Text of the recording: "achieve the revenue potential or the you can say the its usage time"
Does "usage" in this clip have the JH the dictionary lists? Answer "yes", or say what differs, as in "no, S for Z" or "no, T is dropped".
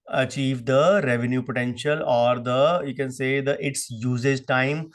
no, Z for JH